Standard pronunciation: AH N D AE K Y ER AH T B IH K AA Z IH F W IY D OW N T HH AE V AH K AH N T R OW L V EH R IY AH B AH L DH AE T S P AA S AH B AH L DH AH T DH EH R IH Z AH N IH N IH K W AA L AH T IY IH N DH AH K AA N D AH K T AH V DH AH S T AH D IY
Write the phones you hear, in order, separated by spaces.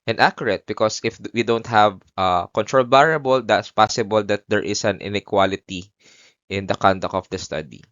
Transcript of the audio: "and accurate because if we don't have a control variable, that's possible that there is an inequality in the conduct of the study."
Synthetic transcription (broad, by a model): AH N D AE K Y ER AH T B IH K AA S IH F W IY D OW N T HH AE V AH K AH N T R OW L B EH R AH B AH L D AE T S P AA S AH B AH L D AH T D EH R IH S AH N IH N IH K W AA L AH T IY IH N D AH K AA N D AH K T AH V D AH S T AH D IY